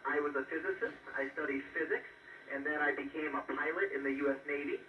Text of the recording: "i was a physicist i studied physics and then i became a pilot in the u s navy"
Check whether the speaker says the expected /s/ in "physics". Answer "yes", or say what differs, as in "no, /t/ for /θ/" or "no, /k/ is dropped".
yes